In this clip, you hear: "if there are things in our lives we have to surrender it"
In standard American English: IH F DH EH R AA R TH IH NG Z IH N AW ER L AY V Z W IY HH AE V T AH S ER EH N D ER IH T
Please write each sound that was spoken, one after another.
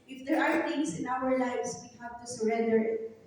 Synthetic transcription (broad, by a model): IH F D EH R AA R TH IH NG S IH N AW ER L AY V S W IY HH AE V T AH S ER EH N D ER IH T